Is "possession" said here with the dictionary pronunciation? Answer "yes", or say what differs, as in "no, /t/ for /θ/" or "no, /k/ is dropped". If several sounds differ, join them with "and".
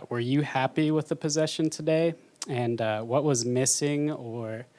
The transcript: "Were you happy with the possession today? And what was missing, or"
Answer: yes